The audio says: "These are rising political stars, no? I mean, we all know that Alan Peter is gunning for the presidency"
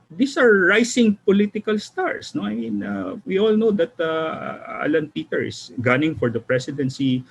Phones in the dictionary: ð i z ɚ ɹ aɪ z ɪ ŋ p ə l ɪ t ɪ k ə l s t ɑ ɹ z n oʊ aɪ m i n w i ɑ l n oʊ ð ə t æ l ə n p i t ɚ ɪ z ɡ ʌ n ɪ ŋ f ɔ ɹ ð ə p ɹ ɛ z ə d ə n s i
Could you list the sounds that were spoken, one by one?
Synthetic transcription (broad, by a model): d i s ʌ ɹ aɪ s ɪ ŋ p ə l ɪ t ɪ k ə l s t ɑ ɹ s n oʊ aɪ m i n w i ɑ l n oʊ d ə t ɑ l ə n p i t ɚ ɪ s ɡ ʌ n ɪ ŋ f ɔ ɹ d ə p ɹ ɛ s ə d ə n s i